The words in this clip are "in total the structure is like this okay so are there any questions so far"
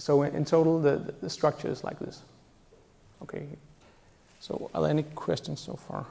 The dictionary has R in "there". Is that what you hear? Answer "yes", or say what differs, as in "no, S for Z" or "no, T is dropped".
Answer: no, L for R